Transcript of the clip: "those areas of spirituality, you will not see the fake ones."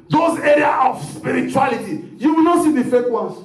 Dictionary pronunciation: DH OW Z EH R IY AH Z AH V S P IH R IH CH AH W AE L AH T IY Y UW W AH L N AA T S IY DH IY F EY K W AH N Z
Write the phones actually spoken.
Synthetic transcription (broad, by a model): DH OW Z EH R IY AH AH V S P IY R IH CH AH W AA L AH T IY Y UW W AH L N AA T S IY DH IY F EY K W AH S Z